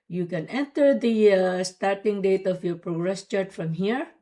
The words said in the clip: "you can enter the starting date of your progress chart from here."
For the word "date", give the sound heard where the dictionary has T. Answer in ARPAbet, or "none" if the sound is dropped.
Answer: T